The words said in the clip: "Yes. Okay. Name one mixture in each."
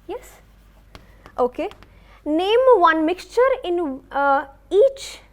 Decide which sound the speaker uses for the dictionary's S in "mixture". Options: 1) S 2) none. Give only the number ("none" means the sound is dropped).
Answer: 1